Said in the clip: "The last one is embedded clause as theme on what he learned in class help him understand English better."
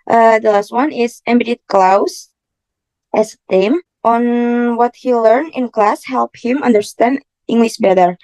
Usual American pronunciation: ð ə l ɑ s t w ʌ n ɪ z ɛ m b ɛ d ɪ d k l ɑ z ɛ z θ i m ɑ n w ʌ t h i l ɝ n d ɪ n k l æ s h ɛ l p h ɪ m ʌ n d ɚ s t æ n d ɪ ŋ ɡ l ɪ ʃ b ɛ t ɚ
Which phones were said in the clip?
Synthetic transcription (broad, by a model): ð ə l ɑ s t w ʌ n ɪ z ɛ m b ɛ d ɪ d k l ɑ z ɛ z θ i m ɑ n w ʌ t h i l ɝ n ɪ n k l æ s h ɛ l p h ɪ m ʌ n d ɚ s t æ n d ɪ ŋ ɡ l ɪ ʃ b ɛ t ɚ